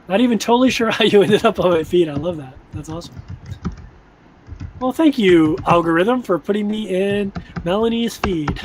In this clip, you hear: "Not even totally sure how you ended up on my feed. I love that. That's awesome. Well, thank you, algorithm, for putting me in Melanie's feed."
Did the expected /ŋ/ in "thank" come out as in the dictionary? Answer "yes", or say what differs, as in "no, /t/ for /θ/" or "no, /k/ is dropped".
yes